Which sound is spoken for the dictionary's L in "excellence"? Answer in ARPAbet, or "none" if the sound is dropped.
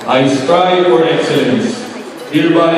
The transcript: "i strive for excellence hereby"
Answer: none